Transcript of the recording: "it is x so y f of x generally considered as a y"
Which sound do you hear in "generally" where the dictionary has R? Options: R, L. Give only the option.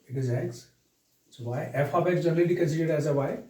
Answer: L